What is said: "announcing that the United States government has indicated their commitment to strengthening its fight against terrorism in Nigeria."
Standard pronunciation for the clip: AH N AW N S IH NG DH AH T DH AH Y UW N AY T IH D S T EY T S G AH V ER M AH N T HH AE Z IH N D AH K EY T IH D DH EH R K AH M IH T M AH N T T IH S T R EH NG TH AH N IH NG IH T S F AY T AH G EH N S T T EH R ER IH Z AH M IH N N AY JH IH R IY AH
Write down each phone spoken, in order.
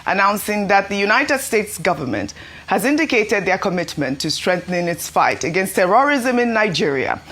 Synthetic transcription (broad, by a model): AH N AW N S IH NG DH AH T DH AH Y UW N AY T IH D S T EY T S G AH V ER M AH N T HH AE Z IH N D AH K EY T IH D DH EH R K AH M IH T M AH N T T IH S T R EH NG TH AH N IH IH T S F AY T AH G EH N S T T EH R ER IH Z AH M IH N N AY JH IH R IY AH